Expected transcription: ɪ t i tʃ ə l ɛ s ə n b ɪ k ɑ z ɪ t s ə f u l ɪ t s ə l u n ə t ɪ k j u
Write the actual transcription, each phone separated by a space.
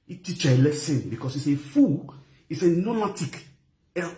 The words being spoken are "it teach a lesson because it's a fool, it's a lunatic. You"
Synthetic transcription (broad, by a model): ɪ t i tʃ ə l ɛ s ə n b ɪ k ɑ s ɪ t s ə f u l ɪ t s ə n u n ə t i k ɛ